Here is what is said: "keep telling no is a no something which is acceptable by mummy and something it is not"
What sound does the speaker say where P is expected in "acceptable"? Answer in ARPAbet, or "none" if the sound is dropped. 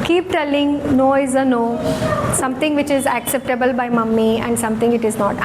P